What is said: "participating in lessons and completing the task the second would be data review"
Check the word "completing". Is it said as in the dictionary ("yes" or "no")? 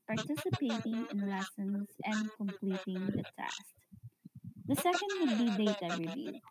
yes